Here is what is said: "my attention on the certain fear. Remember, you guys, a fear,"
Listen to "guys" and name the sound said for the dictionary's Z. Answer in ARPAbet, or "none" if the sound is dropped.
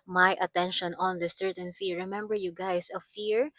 S